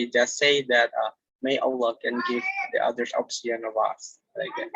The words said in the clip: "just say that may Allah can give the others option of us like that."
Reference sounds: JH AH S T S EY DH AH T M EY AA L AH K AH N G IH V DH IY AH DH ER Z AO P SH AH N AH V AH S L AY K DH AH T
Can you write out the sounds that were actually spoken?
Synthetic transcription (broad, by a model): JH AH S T S EY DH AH T M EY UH L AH K AH N G IH V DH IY AH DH ER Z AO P S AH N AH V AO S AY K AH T